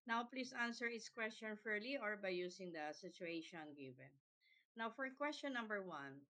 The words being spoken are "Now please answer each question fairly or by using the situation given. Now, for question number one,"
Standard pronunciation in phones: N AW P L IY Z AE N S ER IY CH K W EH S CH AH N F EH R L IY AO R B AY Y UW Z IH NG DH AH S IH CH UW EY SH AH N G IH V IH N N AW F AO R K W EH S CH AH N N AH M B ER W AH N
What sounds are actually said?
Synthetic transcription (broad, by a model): N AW P L IY S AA N S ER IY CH K W EH S CH AH N F EH R L IY AO R B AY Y UW S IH NG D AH S IH CH UW EY SH AH N G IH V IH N N AW F AO R K W EH S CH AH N N AH M B ER W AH N